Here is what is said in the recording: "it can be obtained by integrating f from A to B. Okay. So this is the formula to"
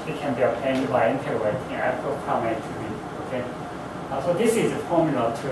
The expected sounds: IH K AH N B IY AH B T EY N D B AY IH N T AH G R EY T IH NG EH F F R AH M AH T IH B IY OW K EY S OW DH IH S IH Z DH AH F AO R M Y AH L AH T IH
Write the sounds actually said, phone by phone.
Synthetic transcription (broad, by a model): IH K AH N B IY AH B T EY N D B AY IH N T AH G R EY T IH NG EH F P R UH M AH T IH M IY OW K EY S OW DH IH S IH Z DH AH F AO R M Y AH L AH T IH